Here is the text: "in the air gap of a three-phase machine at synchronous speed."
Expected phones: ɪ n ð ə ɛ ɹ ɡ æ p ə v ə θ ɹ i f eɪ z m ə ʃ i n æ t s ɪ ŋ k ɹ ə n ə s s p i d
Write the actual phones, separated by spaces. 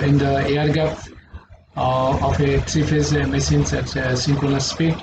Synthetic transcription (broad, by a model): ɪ n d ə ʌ ɹ ɡ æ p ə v ə t ɹ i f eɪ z m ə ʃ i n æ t s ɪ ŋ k ə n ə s s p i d